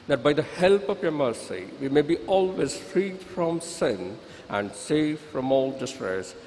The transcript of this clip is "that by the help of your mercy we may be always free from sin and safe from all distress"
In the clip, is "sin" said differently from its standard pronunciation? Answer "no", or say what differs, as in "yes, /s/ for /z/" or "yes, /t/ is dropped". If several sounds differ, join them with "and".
no